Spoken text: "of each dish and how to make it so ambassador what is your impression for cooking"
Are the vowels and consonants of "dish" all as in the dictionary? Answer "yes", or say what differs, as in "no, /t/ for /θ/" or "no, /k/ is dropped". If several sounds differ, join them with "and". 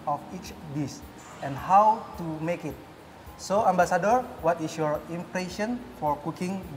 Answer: no, /s/ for /ʃ/